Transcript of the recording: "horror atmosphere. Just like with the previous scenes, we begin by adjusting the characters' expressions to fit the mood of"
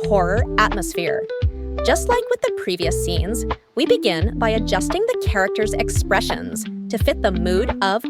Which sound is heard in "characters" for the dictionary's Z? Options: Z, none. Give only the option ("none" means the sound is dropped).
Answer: Z